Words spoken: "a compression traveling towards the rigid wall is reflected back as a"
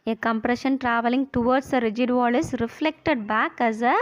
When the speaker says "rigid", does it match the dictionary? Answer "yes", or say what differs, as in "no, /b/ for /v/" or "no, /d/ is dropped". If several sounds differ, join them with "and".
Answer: yes